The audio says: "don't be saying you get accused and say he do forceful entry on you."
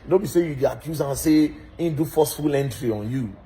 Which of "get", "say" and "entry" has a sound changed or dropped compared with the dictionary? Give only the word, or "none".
get